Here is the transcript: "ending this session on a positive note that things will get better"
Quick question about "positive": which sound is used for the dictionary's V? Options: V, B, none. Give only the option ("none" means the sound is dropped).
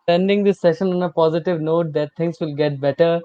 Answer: V